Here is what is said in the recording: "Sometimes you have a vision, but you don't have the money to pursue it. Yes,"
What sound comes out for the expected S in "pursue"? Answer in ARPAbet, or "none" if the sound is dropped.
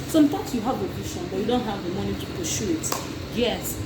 SH